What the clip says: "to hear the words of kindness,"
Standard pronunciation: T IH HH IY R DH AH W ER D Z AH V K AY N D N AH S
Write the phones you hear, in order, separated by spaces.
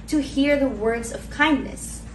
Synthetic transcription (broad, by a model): T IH HH IY R DH AH W ER D Z AH V K AY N N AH S